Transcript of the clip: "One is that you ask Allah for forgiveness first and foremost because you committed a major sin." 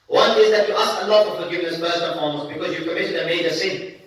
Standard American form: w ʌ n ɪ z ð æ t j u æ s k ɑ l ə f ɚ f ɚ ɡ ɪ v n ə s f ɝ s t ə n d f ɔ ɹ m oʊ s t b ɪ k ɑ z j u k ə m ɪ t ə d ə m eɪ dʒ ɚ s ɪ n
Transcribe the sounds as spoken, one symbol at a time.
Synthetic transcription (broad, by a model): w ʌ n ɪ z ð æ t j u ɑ s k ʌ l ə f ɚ f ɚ ɡ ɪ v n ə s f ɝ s ə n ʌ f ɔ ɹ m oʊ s b ɪ k ɑ z j u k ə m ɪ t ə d ə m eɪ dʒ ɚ s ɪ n